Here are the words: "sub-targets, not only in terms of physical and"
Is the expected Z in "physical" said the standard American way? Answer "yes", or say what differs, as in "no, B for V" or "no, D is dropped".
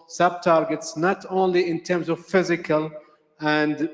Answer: yes